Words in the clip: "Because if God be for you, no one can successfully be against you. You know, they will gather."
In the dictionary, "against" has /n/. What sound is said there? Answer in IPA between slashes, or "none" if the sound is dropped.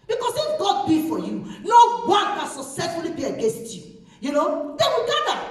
/n/